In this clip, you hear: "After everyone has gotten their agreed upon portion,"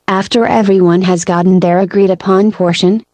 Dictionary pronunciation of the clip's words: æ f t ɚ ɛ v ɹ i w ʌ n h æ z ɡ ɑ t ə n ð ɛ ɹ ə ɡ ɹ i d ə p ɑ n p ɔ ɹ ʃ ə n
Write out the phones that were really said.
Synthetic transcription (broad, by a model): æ f t ɚ ɛ v ɹ i w ʌ n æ z ɡ ɑ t n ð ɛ ɹ ə ɡ ɹ i d ə p ɑ n p ɔ ɹ ʃ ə n